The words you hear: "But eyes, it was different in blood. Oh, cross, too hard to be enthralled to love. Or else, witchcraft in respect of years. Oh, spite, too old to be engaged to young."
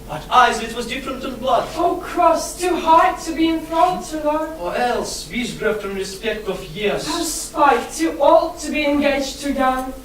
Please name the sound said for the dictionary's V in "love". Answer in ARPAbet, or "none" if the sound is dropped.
none